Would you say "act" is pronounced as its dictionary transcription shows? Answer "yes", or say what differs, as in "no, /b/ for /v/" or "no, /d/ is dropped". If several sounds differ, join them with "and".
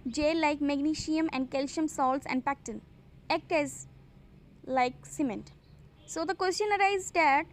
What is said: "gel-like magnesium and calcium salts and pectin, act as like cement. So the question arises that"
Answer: no, /t/ is dropped